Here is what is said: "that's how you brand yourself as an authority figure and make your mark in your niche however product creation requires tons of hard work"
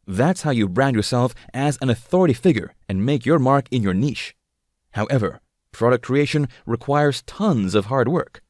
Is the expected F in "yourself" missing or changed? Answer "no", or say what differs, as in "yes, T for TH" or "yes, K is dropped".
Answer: no